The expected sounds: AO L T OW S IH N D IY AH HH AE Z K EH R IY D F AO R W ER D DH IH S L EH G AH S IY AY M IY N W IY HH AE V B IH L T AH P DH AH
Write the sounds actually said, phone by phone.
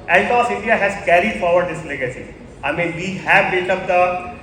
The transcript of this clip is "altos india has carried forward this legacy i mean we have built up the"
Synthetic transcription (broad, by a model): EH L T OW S IH N D IY AH HH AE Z K EH R IY D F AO R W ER D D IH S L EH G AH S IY AY M IY N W IY HH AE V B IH T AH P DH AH